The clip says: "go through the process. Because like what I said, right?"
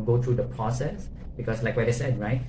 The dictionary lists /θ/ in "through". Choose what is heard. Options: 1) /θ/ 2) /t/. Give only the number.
2